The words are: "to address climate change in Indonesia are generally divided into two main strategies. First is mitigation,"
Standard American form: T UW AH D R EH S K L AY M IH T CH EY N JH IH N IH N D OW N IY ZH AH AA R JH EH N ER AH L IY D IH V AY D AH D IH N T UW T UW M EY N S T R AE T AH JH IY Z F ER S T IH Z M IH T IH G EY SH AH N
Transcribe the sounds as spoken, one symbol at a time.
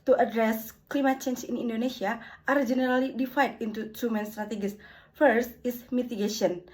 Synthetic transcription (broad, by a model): T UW AH D R EH S K L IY M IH T CH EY N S IH N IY N D OW N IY S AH AA R JH EH N ER AH L IY D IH F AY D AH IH N T UW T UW M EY N S T R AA T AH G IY S F ER S T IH S M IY T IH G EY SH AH N